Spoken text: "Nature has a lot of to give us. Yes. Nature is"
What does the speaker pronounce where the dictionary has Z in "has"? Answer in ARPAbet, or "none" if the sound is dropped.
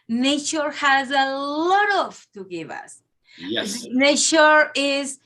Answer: Z